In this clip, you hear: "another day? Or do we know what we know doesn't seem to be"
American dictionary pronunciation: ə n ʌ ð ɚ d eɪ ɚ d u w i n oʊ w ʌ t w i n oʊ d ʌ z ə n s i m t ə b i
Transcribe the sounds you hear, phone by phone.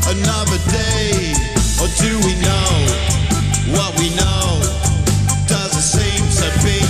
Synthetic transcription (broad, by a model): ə n ʌ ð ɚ d eɪ ɚ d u w i n oʊ w ʌ t w i n oʊ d ʌ z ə s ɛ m s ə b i